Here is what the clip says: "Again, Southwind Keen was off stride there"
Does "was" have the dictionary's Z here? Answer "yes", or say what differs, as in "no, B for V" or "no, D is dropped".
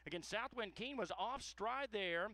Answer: yes